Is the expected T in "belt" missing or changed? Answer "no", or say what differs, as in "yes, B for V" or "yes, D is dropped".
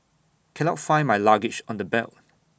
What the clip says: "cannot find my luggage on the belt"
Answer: yes, T is dropped